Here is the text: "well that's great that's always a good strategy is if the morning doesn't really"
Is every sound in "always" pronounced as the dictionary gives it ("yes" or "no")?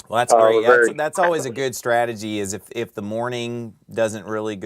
yes